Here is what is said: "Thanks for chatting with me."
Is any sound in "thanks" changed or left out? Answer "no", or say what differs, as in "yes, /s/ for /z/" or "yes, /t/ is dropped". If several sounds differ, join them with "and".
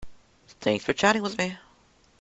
no